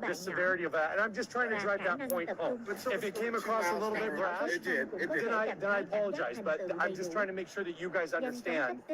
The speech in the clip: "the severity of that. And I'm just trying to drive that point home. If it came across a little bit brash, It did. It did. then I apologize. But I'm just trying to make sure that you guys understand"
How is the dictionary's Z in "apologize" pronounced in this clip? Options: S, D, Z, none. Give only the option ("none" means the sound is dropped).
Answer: Z